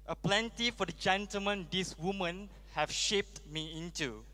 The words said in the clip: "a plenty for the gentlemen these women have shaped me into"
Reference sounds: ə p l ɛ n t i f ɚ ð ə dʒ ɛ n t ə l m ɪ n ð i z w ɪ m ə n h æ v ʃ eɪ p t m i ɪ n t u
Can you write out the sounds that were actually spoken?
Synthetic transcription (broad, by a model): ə p l ɛ n t i f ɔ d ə dʒ ɛ n t ə l m ɪ n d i s w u m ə n h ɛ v ʃ eɪ p t m i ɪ n t u